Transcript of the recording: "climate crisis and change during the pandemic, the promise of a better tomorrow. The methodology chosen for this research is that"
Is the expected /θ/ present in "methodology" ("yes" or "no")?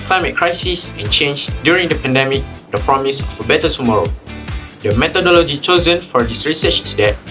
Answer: no